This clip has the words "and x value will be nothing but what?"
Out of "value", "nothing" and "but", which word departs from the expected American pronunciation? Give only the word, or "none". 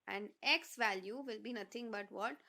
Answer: nothing